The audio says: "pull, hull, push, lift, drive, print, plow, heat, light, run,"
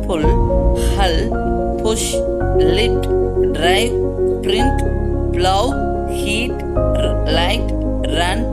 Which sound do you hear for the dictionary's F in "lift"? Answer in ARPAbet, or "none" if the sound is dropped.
none